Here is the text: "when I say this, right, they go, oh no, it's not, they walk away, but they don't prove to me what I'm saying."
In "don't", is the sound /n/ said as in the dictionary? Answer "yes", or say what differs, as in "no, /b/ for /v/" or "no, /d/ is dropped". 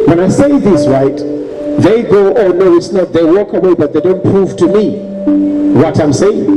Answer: yes